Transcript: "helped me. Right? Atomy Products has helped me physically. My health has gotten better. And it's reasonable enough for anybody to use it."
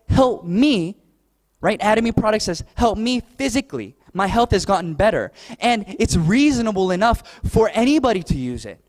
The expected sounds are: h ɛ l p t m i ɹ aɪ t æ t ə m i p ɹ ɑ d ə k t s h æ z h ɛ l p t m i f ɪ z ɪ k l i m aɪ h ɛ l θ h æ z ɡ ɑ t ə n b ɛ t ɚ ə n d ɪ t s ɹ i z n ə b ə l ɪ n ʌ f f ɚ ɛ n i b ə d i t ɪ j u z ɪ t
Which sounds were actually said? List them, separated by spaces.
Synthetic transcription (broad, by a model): h ɛ l p m i ɹ aɪ t æ t ə m i p ɹ ɑ d ə k t s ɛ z h ɛ l p m i f ɪ z ɪ k l i m aɪ h ɛ l θ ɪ z ɡ ɑ t n b ɛ t ɚ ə n ɪ t s ɹ i z n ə b l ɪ n ʌ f f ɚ ɛ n i b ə d i t ɪ j u z ɪ t